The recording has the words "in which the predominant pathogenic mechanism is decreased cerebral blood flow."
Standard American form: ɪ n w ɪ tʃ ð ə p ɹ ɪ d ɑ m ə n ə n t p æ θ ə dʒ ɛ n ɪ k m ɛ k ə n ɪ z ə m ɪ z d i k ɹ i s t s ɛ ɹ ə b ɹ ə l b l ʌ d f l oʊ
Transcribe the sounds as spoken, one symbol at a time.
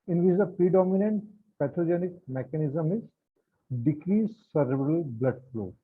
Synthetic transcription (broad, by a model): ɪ n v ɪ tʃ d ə p ɹ ɪ d ɑ m ə n ə n t p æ t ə dʒ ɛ n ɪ k m ɛ k ə n ɪ z ə m ɪ z d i k ɹ i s s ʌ ɹ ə ɹ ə l b l ʌ d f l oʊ